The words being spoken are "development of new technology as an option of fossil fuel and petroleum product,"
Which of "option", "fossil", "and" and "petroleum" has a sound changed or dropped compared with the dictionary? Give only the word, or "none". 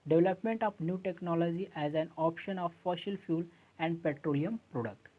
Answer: fossil